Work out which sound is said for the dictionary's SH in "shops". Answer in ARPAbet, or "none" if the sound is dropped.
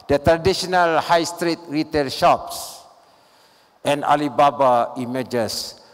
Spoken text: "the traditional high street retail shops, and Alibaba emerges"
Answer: SH